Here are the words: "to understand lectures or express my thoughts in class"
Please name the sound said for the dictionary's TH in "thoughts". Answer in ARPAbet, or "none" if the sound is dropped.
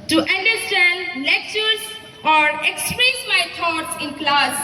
T